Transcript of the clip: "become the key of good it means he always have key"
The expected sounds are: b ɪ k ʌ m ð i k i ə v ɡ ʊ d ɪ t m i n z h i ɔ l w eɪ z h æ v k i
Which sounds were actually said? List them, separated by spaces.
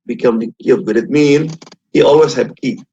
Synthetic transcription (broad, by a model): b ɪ k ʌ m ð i k i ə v ɡ ʊ d ɪ t m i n h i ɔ l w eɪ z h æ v k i